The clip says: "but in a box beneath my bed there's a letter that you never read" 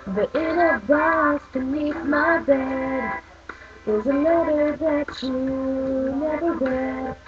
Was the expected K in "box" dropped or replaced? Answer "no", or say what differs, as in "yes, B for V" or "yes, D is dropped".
yes, K is dropped